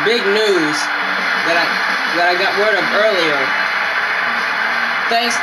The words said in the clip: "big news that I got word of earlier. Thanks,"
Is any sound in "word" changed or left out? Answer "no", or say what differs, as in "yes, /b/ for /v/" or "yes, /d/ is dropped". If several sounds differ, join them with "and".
no